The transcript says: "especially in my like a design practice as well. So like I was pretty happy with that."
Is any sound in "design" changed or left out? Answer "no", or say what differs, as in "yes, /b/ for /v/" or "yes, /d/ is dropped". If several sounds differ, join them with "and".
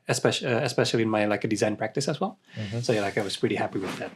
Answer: no